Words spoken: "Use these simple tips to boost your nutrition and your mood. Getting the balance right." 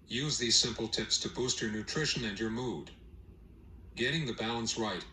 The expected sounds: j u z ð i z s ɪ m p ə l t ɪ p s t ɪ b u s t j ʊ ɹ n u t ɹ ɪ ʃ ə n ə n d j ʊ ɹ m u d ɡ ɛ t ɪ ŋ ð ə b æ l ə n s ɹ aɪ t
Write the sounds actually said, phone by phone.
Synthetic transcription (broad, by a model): j u z ð i z s ɪ m p l t ɪ p s t ɪ b u s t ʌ ɹ n u t ɹ ɪ ʃ ə n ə n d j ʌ ɹ m u d ɡ ɛ t ɪ ŋ ð ə b æ l ə n s ɹ aɪ t